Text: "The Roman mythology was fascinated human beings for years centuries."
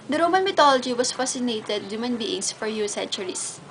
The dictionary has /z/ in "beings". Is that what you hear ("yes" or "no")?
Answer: no